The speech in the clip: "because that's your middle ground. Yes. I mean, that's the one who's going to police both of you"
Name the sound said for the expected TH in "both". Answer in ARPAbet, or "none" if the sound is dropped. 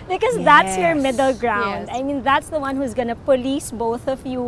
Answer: TH